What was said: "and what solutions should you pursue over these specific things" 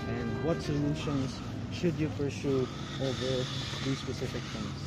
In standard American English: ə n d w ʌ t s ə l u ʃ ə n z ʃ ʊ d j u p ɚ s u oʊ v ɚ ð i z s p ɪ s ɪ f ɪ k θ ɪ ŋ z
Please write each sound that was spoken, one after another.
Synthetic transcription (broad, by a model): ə n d w ʌ t s ə l u ʃ ə n z ʃ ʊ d j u p ɚ s u oʊ v ɚ ð i z s p ɪ s ɪ f ɪ k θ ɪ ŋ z